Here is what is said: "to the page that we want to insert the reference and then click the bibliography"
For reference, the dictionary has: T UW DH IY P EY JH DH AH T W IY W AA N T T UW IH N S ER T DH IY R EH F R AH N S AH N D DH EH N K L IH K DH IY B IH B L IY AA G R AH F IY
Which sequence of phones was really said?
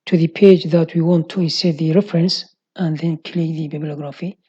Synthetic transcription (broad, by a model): T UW DH IY P EY JH DH AH T W IY W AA N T T UW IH S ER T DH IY R EH F R AH N S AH N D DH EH N K L IH K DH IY B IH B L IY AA G R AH F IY